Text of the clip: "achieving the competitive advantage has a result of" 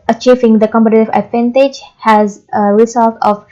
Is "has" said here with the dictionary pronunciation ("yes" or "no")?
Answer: yes